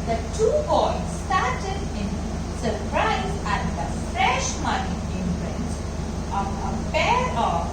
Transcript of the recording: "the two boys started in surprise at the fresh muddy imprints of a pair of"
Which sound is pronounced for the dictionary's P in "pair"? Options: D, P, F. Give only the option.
F